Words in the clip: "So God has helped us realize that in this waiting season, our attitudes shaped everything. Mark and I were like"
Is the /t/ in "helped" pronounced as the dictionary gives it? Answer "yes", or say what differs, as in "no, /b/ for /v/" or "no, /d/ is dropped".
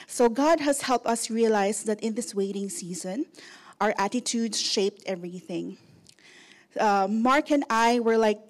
yes